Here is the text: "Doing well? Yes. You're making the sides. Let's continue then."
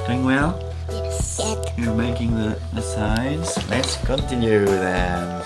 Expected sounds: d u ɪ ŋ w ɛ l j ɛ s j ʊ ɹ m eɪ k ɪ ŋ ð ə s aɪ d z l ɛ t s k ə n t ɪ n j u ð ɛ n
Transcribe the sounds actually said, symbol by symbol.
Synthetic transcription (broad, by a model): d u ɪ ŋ w ɛ l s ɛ j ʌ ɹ m eɪ k ɪ ŋ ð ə s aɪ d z l ɛ t s k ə n t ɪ n j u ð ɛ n